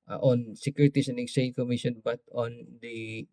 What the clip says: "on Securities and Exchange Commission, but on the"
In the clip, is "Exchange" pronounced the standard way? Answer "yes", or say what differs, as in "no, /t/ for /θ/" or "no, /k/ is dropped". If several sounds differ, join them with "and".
no, /tʃ/ is dropped